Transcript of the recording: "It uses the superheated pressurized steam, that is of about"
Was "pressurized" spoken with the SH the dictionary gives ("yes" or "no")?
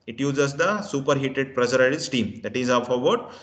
no